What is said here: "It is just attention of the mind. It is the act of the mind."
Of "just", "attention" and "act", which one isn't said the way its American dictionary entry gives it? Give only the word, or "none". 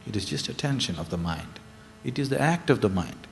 none